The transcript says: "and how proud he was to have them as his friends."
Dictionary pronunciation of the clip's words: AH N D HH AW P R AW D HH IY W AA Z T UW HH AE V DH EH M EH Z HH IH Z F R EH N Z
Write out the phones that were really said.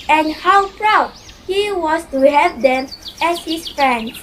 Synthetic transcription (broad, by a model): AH N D HH AW P R AW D HH IY W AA S T UW HH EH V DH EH M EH S HH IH S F R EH N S